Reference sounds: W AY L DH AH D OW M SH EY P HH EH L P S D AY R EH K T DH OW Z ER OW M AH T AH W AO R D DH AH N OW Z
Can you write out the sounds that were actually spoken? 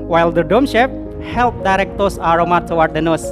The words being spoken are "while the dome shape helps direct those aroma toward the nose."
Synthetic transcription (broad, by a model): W AY L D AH D OW M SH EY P HH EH L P D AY R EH K T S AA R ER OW M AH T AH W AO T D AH N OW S